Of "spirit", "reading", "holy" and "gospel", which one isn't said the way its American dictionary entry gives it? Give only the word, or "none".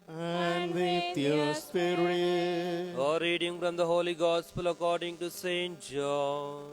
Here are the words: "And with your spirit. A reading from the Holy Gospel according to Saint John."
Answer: spirit